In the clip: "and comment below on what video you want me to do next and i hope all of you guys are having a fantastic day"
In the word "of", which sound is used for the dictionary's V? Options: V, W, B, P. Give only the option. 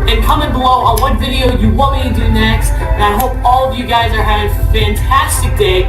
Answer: V